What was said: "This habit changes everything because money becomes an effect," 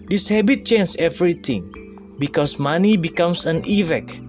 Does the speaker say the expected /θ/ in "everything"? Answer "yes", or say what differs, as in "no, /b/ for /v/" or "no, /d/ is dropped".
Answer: no, /t/ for /θ/